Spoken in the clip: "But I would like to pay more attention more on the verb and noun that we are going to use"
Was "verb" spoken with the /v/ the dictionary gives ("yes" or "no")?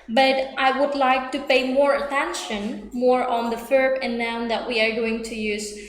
no